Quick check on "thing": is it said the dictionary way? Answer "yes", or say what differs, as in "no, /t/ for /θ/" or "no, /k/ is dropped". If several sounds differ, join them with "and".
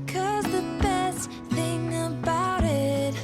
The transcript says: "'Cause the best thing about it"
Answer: yes